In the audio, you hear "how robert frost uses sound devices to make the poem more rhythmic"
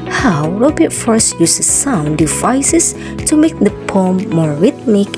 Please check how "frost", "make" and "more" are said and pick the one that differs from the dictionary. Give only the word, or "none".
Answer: frost